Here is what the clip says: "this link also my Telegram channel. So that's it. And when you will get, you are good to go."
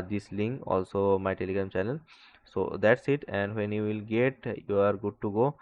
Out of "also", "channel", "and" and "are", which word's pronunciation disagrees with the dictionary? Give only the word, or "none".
channel